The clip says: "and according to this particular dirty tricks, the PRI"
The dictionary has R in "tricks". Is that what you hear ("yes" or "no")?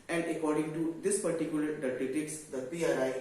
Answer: no